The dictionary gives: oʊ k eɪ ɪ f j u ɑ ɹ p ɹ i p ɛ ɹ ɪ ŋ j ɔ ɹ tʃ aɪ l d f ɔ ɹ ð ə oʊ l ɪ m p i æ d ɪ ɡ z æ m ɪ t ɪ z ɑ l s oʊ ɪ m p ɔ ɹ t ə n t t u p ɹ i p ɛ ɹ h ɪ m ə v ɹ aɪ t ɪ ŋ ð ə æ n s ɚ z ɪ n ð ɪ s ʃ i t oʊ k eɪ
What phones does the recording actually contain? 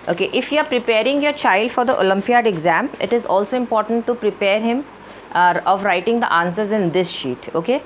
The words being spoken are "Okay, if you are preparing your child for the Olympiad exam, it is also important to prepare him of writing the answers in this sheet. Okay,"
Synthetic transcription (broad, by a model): oʊ k eɪ ɪ f j u ɑ ɹ p ɹ i p ɛ ɹ ɪ ŋ j ɔ ɹ tʃ aɪ l d f ɔ ɹ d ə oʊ l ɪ m p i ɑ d ɪ ɡ z æ m ɪ t ɪ z ɑ l s oʊ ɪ m p ɔ ɹ t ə n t t u p ɹ i p ɛ ɹ h ɪ m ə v ɹ aɪ t ɪ ŋ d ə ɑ n s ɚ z ɪ n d ɪ s ʃ i t oʊ k eɪ